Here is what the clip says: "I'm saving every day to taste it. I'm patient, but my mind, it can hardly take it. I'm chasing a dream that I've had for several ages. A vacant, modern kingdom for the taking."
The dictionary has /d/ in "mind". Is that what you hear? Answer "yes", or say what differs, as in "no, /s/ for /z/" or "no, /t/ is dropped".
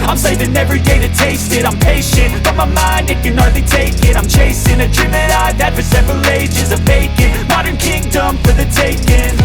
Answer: yes